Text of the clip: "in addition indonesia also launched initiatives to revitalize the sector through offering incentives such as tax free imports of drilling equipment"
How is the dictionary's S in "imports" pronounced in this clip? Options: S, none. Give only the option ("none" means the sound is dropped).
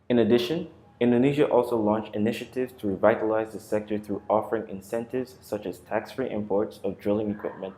S